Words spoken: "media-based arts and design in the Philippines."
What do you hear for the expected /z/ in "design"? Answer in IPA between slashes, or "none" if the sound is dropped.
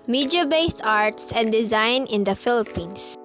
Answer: /z/